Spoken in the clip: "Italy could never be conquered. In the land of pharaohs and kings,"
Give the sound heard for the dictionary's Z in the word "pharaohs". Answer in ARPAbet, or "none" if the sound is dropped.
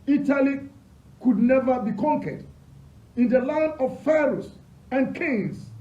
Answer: S